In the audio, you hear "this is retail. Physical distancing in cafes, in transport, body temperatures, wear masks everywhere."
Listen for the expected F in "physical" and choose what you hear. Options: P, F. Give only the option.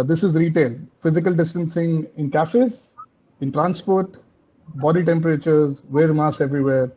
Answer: F